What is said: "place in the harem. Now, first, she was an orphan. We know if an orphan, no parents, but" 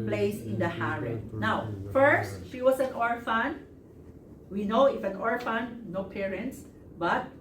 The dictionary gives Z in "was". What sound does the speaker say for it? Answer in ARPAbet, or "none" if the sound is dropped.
S